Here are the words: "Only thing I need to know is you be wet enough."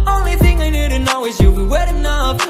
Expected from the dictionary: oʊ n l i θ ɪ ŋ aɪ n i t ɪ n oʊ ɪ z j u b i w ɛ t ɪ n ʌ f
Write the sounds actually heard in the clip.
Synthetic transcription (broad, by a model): oʊ n l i θ ɪ ŋ aɪ n i t ɪ n oʊ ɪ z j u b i w ɛ t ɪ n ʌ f